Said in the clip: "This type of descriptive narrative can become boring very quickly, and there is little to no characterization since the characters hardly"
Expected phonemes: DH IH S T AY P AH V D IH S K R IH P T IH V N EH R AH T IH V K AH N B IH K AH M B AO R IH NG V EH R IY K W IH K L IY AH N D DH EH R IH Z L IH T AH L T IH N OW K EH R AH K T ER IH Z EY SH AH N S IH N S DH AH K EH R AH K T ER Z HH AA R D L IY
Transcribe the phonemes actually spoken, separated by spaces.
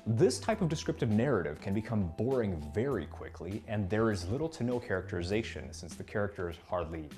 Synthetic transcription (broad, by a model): DH IH S T AY P AH V D IH S K R IH P T IH V N EH R AH T IH V K AH N B IH K AH M B AO R IH NG V EH R IY K W IH K L IY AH N DH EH R IH Z L IH T L T IH N OW K EH R AH K T ER IH Z EY SH AH N S IH N S DH AH K EH R AH K T ER Z HH AA R D L IY